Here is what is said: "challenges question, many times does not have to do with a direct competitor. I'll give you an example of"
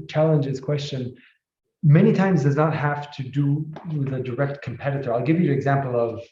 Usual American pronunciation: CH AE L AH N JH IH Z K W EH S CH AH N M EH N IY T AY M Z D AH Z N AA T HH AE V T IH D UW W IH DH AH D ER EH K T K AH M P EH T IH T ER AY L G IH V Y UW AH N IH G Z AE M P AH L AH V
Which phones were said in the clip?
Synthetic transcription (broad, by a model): CH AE L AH N JH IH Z K W EH S CH AH N M EH N IY T AY M Z D AH Z N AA T HH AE F T IH D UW W IH DH AH D ER EH K T K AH M P EH T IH T ER AY L G IH V Y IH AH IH G Z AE M P L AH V